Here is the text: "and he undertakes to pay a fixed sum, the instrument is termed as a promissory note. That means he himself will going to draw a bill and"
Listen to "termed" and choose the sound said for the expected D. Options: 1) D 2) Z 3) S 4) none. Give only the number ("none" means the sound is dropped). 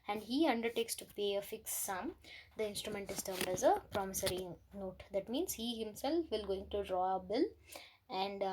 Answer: 1